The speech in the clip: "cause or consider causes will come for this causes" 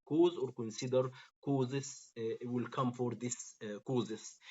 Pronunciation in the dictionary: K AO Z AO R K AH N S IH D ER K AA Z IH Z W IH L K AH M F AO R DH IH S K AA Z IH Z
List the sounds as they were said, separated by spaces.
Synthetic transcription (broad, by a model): K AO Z AO R K AH N S IH D ER K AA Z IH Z W IH L K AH M F AO R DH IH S K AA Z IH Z